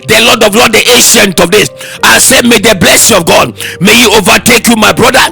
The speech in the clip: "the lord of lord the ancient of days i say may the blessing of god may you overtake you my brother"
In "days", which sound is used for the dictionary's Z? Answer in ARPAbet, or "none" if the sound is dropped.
S